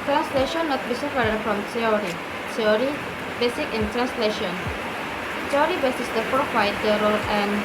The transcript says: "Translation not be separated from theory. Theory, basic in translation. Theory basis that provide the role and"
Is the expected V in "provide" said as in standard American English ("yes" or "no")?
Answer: no